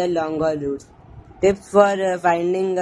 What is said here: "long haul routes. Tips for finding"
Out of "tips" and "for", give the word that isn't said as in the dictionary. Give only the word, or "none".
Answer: tips